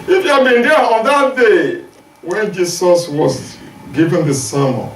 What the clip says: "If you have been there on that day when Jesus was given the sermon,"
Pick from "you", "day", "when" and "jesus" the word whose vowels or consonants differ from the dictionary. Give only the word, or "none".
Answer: jesus